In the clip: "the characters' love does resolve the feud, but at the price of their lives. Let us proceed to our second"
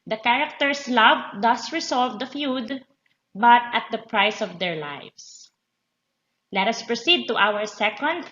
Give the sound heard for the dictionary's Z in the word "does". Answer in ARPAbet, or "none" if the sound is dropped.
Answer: S